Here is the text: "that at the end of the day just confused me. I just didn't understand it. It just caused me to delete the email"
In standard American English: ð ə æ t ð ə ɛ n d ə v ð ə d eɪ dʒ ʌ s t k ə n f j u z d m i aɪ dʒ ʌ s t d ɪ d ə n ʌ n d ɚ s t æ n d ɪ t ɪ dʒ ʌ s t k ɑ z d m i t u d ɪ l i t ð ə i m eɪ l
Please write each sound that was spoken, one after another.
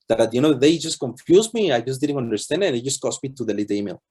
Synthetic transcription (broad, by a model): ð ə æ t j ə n ə ð ə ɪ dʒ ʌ s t k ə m f j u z m i aɪ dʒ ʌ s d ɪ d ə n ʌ n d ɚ s t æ n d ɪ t ɪ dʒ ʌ s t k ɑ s m i t u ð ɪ l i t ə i m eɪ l